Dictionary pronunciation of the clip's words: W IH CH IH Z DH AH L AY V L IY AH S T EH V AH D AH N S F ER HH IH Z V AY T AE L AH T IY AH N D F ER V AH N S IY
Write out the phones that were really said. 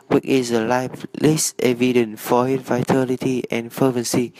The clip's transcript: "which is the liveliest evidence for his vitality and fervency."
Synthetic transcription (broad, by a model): W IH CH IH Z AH L AY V L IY S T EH V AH D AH N F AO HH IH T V AY T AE L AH T IY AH N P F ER V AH N S IY